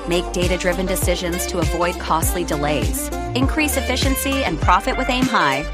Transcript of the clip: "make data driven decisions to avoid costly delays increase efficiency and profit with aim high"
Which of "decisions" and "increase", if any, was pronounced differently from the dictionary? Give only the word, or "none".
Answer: none